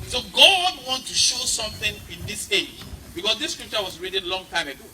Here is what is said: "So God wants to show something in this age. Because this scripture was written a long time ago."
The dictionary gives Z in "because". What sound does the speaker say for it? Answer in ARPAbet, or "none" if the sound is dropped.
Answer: S